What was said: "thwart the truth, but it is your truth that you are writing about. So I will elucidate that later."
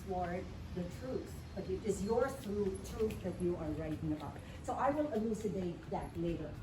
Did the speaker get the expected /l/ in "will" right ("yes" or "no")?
no